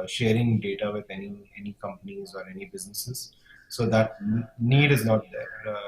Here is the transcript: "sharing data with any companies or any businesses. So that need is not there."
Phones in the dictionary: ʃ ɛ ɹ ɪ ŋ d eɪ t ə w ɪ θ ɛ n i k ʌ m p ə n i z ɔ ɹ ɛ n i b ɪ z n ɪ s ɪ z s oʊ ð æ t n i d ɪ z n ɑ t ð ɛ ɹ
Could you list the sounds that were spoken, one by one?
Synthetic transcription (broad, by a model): ʃ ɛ ɹ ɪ ŋ d eɪ t ə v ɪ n ɛ n i k ʌ m p ə n i z ɔ ɹ ɛ n i b ɪ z n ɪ s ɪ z s oʊ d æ t n i d ɪ z n ɑ t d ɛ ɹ